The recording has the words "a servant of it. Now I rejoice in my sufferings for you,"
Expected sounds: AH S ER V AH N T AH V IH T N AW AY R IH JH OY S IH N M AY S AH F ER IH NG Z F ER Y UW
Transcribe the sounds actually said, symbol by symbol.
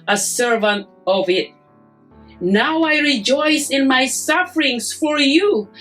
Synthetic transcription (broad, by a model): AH S ER V AH N T AH V IH T N AW AY R IH JH OY S IH N M AY S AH F ER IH NG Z F ER Y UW